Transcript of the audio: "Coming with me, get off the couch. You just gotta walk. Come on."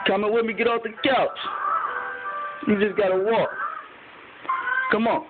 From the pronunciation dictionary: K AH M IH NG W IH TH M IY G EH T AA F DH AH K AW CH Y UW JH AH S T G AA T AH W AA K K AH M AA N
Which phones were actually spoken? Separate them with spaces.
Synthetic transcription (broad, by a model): K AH M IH W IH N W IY G EH T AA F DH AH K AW S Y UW JH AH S G AA T AH W AA K K AH M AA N